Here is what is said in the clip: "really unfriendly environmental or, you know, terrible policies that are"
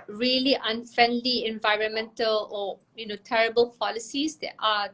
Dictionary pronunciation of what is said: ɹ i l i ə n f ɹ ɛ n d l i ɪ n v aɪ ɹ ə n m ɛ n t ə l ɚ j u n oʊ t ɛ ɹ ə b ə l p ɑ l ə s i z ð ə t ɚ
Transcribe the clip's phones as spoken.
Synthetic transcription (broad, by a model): ɹ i l i ə n f ɹ ɛ n d l i ɪ n v aɪ ɹ ə n m ɛ n t ə l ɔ j u n oʊ t ɛ ɹ ə b ə l p ɑ l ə s i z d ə t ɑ